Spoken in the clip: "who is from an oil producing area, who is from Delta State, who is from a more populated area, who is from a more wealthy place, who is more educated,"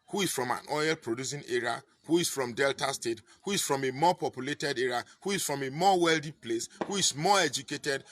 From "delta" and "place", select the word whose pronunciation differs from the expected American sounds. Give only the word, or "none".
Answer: none